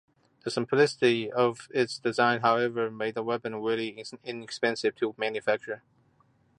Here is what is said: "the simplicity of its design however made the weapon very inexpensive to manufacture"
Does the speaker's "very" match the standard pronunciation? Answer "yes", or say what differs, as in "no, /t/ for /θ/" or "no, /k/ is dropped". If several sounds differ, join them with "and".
no, /w/ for /v/